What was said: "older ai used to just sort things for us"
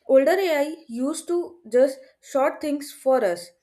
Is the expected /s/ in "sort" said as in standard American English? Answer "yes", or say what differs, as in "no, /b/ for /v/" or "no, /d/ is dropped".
no, /ʃ/ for /s/